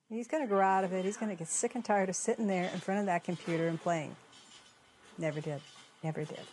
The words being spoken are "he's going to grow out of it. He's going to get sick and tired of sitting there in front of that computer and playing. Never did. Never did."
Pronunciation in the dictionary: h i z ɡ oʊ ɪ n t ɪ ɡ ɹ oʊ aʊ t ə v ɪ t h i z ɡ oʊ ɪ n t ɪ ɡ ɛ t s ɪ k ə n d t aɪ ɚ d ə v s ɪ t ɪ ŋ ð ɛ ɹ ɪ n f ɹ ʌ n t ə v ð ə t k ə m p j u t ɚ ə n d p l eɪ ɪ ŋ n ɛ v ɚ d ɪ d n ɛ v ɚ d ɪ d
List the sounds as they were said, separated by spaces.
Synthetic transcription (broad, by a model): h i z ɡ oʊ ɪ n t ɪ ɡ oʊ aʊ t ə v ɪ t h i z ɡ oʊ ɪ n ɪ ɡ ɛ t s ɪ k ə n t aɪ ɚ d ə v s ɪ t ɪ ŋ ð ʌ ɹ ɪ n f ɹ ʌ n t ə v ð ə t k ə m p j u t ɚ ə n p l eɪ ɪ ŋ n ɛ v ɚ d ɪ d n ɛ v ɚ d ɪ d